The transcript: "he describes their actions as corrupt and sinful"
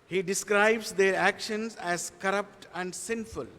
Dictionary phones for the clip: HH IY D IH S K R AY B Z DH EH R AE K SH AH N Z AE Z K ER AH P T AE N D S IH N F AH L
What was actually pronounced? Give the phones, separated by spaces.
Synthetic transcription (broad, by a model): HH IY D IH S K R AY B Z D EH R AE K SH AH N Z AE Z K ER AH P T AE N D S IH N F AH L